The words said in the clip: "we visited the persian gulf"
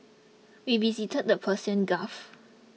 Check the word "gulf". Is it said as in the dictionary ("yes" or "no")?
no